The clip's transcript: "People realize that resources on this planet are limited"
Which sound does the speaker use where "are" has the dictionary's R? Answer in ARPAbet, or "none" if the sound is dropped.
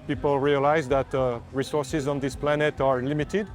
R